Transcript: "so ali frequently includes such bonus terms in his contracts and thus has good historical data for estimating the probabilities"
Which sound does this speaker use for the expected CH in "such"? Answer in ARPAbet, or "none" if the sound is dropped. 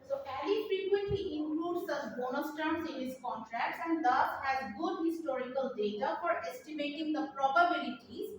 S